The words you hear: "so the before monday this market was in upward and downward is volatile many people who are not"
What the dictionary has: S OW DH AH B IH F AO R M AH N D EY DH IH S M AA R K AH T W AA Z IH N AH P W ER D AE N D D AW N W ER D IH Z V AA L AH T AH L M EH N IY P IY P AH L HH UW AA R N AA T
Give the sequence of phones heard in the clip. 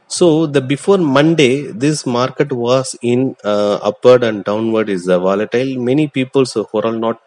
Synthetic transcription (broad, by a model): S OW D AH B IH F AO R M AH N D EY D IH S M AA R K AH T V AA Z IH N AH P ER D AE N D D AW N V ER D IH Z V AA L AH T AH L M EH N IY P IY P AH L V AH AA L N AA T